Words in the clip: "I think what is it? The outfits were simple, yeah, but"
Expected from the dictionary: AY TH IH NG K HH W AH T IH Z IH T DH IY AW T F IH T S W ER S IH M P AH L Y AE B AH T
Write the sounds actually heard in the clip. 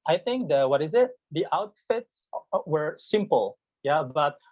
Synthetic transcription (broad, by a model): AY TH IH NG K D W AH T IH Z IH T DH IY AW T F IH T S W ER S IH M P AH L Y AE B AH T